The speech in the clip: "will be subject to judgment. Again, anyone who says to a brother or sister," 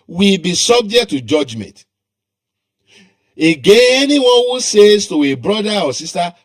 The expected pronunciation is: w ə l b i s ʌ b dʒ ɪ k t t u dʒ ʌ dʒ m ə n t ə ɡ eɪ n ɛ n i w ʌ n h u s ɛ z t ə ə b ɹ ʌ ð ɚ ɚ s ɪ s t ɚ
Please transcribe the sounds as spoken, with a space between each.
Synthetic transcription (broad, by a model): w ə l b i s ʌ b dʒ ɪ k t t u dʒ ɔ dʒ m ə n t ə ɡ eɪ ɛ n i w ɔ n h u s ɛ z t ə ə b ɹ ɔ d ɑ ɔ s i s t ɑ